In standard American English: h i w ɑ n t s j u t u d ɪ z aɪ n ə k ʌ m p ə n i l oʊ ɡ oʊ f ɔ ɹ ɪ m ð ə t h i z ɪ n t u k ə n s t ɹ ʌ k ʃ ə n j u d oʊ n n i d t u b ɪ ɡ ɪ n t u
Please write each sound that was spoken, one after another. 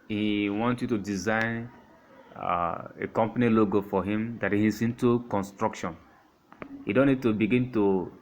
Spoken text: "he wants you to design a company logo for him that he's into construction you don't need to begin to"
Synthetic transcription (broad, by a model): h i w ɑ n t j u t u d ɪ z aɪ n ə k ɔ m p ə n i l oʊ ɡ oʊ f ɔ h ɪ m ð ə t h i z ɪ n t u k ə n s t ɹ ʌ k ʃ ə n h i d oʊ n n i d t u b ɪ ɡ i n t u